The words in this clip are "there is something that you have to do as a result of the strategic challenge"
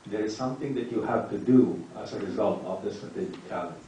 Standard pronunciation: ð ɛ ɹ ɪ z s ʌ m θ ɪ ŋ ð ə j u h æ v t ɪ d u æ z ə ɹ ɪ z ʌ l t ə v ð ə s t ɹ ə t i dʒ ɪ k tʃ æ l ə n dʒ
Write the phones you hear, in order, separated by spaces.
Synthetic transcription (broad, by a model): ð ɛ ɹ ɪ z s ʌ m θ ɪ ŋ ð ə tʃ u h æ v t ɪ d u æ z ə ɹ ɪ z ʌ l t ə v ð ə s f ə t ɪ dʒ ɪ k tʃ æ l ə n